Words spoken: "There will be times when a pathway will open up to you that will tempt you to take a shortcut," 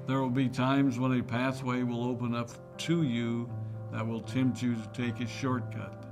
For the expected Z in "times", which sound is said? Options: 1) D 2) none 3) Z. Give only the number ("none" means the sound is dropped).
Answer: 3